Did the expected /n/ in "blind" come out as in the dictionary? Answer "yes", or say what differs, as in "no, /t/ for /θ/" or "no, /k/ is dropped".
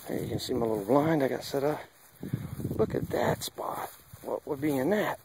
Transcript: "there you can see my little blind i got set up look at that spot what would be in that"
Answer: yes